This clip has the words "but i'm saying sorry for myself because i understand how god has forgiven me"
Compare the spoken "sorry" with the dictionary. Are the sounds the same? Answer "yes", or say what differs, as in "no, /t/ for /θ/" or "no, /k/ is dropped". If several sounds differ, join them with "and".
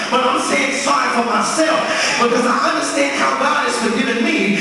no, /ɹ/ is dropped